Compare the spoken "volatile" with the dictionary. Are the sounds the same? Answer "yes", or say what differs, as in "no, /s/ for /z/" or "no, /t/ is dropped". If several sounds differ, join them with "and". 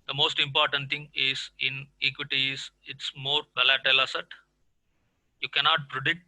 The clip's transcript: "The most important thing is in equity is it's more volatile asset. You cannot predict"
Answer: no, /b/ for /v/